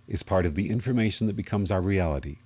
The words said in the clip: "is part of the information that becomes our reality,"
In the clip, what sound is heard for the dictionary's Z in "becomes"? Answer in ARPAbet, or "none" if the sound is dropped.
Z